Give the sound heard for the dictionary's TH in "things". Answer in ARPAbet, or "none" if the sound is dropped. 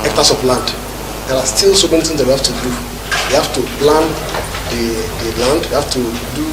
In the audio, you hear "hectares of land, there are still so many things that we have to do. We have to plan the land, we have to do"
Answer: T